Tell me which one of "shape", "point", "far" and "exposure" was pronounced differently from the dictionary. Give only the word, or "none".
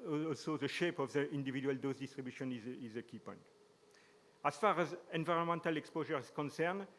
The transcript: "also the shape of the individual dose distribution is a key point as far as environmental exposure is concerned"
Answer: none